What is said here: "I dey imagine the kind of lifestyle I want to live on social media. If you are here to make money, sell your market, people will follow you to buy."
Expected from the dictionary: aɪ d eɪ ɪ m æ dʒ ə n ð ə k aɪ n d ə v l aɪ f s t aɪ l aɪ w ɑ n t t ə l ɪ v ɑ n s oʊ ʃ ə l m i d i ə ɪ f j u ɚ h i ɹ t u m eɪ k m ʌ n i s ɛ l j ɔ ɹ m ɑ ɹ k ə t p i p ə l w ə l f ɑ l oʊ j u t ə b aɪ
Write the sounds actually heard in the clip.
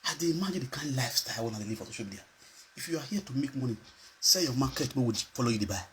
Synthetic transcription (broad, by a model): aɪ d eɪ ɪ m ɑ dʒ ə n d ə k aɪ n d l aɪ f s t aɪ w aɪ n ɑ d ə l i f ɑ s oʊ ʃ ə l m i d i ə ɪ f j u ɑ h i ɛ t u m eɪ k m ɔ n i s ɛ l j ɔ m ɑ k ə t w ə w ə f ɑ l oʊ j u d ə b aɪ